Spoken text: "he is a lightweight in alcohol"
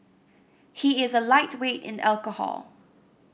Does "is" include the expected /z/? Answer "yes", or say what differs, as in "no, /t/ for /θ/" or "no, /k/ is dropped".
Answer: yes